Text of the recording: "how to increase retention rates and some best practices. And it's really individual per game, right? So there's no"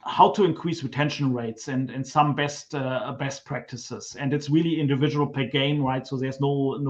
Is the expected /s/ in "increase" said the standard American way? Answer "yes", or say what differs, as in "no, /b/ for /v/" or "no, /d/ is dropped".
yes